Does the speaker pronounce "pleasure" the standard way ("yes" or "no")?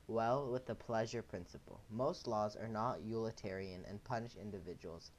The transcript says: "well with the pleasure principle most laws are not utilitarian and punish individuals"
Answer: yes